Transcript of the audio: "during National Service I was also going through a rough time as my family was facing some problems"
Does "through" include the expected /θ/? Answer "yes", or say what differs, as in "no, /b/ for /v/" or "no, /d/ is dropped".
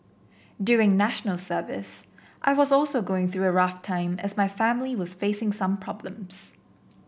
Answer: yes